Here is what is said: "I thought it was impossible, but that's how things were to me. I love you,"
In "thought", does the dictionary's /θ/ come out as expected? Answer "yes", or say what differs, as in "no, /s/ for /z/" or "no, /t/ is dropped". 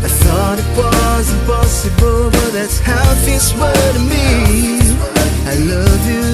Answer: yes